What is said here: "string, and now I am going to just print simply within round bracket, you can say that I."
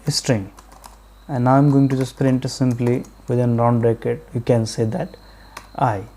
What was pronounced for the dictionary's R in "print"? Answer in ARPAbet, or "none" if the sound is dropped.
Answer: R